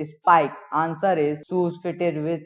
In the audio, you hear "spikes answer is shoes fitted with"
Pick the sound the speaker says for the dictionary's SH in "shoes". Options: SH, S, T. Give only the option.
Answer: S